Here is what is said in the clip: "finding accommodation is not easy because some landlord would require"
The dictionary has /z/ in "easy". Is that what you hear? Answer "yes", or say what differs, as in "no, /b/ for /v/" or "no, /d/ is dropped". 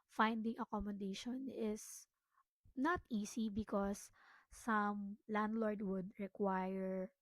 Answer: no, /s/ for /z/